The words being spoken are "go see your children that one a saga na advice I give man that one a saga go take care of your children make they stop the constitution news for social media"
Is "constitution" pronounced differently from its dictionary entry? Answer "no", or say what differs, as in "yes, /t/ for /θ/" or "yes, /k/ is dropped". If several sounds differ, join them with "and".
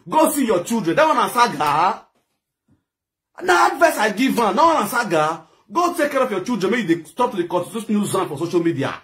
yes, /s/ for /ʃ/